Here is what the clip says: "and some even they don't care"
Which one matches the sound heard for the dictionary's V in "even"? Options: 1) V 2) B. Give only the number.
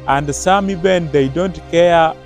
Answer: 2